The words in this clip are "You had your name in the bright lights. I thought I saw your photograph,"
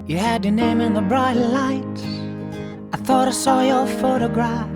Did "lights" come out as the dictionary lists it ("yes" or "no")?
no